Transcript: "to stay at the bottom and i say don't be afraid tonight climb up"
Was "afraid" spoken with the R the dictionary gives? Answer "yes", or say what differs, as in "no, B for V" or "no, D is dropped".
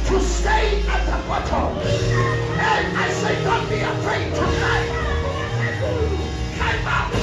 yes